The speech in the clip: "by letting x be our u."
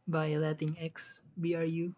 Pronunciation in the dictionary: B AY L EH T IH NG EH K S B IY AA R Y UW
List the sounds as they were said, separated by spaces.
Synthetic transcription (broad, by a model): B AY L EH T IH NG EH K S B IY AA R Y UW